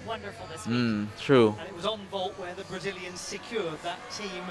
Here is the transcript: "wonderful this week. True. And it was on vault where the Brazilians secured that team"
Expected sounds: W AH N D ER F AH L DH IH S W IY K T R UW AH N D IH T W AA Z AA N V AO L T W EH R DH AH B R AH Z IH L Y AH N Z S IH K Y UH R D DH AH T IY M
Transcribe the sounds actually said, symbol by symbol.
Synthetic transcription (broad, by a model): W AH N D ER F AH L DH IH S T R UW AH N IH T W AA Z N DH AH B T W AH R DH AH B R AH Z IH L Y AH N Z S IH K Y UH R D DH AH T IY M